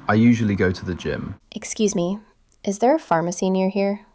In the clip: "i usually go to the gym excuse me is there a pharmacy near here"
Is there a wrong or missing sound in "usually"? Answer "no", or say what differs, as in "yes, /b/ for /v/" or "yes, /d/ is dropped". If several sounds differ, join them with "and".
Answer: no